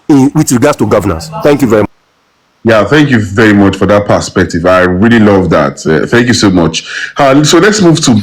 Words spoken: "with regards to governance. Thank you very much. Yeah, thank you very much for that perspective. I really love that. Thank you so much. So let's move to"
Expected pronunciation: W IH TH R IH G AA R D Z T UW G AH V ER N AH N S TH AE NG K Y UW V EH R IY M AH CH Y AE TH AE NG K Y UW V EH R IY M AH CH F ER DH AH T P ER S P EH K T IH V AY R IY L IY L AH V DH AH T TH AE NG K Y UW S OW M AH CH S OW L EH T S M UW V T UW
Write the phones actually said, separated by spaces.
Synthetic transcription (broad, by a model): W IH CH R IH G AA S T UW G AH V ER N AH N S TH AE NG K Y UW V EH R IY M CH Y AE TH AE NG K Y UW V EH R IY M AH CH F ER DH AH T P ER S P EH K T IH V AY R IY L IY L AH V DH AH T TH AE NG K Y UW S OW M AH CH S OW L EH T S M UW V T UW